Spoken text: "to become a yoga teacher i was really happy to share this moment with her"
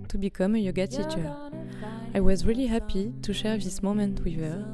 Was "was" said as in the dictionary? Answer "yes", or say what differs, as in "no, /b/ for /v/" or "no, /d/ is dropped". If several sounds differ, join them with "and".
yes